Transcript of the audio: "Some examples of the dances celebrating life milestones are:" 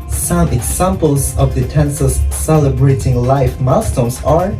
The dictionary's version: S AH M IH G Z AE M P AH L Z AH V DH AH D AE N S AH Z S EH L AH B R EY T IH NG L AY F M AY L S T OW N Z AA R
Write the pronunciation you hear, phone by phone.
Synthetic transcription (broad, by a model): S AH M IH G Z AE M P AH L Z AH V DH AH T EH N S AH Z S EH L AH B R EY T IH NG L AY F M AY S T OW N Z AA R